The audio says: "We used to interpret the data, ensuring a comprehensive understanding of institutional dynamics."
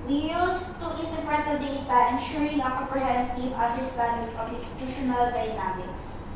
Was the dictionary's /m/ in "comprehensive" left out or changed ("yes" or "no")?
yes